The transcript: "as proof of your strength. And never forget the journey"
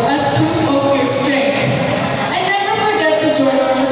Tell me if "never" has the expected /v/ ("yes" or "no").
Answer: no